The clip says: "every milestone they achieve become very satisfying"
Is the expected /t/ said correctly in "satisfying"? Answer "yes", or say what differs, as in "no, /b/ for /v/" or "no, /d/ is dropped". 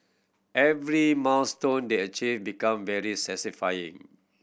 no, /s/ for /t/